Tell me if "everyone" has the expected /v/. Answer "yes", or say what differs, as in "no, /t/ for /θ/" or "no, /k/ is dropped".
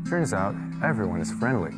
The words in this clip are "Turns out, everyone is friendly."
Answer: yes